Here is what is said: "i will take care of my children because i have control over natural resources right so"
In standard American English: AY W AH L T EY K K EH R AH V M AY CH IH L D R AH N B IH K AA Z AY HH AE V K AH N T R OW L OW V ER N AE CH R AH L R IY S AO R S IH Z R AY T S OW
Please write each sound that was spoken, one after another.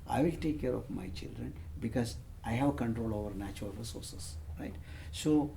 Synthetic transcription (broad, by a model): AY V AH L T EY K K EH R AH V M AY CH IH L D R AH N B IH K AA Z AY HH AE V K AH N T R OW L OW V ER N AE CH R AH L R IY S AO R S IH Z R AY T S OW